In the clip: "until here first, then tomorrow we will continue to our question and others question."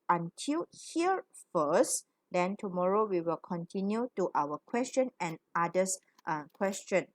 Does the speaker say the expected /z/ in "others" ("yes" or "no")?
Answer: no